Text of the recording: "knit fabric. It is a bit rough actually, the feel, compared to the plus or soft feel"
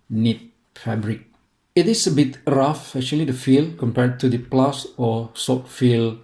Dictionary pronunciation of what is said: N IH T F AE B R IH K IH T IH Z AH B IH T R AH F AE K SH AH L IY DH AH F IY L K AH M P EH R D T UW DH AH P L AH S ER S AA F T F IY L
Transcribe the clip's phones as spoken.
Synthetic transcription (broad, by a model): N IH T F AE B R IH K IH T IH S AH B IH T R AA F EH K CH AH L IY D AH F IY L K AH M P EH R D T UW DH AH P L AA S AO S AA T F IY L